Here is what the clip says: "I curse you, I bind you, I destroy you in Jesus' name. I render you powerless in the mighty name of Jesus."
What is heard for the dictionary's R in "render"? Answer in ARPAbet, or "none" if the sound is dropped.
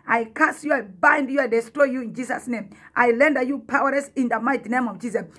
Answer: L